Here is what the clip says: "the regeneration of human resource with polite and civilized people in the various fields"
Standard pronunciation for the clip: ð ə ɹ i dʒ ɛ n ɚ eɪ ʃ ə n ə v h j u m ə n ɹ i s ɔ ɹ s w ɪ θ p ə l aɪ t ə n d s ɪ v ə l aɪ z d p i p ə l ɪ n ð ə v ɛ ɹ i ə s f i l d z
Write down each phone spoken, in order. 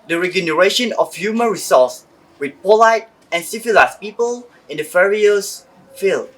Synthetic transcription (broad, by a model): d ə ɹ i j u n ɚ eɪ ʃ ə n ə f h j u m ə n ɹ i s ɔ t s w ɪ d p ə l aɪ t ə n s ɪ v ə l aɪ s p i p ə l ɪ n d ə f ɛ ɹ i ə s f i l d